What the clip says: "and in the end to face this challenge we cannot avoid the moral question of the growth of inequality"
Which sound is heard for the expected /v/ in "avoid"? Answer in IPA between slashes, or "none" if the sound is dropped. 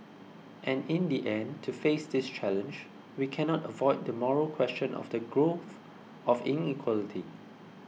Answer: /v/